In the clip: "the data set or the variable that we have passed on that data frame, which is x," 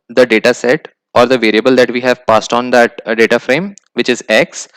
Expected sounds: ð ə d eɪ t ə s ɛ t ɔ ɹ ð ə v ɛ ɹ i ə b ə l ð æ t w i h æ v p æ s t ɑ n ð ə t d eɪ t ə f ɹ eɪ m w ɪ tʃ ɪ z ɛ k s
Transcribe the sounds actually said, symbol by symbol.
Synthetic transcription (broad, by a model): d ə d eɪ t ə s ɛ t ɔ ɹ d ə v ɛ ɹ i ə b ə l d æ t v i h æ v p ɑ s t ɑ n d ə t d eɪ t ə f ɹ eɪ m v ɪ tʃ ɪ z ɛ k s